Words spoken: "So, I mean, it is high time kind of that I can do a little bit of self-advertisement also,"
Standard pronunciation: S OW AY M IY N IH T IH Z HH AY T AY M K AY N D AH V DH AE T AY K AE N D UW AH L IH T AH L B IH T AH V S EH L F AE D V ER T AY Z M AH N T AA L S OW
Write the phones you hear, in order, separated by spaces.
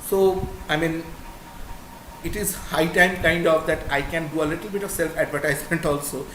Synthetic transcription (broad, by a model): S OW AY M IY N IH T IH Z HH AY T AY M K AY N D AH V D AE T AY K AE N D UW AH L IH T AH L B IH T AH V S EH L F AE D V ER T AY Z M AH N T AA L S OW